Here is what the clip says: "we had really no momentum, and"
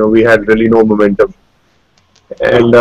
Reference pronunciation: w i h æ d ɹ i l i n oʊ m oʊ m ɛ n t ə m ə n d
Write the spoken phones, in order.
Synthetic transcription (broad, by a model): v i h æ d ɹ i l i n oʊ m oʊ m ɛ n t ə m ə n d